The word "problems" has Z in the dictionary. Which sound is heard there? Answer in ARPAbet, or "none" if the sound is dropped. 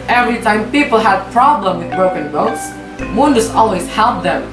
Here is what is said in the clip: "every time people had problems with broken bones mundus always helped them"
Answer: none